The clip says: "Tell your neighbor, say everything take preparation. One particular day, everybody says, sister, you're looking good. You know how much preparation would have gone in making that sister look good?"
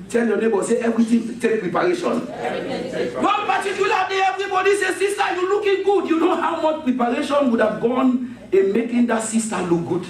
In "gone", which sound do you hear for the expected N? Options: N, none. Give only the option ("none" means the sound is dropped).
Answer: N